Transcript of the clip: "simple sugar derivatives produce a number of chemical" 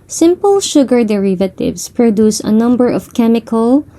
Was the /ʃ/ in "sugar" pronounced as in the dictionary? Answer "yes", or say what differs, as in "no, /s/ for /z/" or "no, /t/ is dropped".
yes